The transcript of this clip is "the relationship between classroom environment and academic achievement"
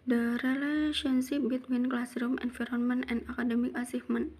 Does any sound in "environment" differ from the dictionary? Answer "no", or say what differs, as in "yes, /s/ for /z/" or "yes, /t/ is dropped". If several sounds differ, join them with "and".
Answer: yes, /f/ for /v/